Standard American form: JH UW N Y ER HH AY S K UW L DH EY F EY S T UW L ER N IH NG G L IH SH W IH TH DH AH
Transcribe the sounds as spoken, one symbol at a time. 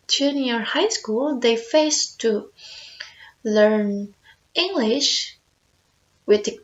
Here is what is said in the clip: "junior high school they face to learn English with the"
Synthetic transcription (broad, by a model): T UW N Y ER HH AY S K UW L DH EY F EY S T UW L ER N IH NG G L IH SH W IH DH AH